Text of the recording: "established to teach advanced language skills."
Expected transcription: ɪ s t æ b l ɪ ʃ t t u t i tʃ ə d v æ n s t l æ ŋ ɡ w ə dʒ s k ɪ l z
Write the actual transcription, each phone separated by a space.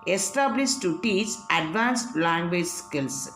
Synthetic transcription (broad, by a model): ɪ s t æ b l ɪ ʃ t t u t i s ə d v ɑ n s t l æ ŋ ɡ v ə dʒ s k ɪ l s